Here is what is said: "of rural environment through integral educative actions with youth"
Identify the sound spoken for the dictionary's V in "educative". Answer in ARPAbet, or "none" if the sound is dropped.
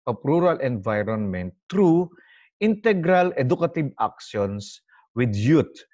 B